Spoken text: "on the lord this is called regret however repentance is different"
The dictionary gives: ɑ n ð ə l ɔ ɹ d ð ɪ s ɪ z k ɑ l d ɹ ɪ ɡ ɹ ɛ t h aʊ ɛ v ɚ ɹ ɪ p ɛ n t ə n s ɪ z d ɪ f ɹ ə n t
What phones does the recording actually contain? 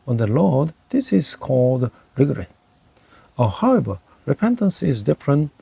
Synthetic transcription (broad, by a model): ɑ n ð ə l ɔ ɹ d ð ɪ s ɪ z k ɑ l d ɹ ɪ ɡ ɹ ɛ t h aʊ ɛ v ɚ ɹ ɪ p ɛ n t ə n s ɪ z d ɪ f ɹ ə n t